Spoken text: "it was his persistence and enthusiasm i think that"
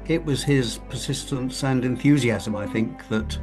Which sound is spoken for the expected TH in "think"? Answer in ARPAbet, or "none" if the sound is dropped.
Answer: TH